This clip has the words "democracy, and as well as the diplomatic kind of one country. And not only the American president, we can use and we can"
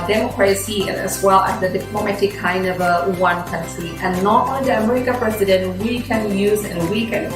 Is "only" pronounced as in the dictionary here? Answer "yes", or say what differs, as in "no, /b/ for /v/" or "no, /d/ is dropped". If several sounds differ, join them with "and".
no, /n/ is dropped